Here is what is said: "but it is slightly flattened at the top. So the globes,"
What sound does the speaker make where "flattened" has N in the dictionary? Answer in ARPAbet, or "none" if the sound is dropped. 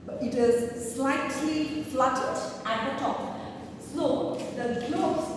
none